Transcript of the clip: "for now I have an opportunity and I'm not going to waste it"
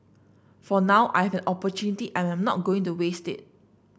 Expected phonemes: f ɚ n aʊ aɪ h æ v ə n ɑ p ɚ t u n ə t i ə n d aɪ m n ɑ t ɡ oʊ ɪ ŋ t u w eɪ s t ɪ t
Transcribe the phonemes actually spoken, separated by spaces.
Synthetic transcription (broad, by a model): f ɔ n aʊ aɪ h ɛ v ə n ɑ p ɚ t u n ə t i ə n aɪ m n ɑ t ɡ oʊ ɪ ŋ t u w eɪ s t ɪ t